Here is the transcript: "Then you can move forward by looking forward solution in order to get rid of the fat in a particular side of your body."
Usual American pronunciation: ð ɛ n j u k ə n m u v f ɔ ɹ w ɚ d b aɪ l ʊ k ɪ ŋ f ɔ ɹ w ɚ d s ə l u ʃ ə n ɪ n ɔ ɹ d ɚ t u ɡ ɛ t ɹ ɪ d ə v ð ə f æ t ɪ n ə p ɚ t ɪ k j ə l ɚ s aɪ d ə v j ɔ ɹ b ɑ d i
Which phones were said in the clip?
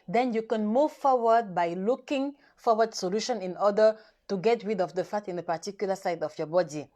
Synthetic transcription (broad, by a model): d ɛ n j u k ə n m u v f ɔ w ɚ d b aɪ l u k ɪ ŋ f ɔ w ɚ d s ə l u ʃ ə n ɪ n ɔ d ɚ t u ɡ ɛ t w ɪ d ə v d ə f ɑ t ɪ n ə p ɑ t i k j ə l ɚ s aɪ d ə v j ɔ b ɑ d i